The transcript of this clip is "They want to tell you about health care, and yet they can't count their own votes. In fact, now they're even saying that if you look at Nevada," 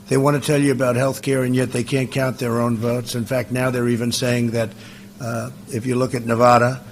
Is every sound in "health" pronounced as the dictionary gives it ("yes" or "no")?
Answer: yes